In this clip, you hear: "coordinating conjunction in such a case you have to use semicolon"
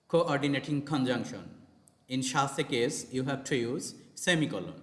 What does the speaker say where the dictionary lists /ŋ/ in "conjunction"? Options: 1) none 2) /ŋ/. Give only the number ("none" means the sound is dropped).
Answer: 2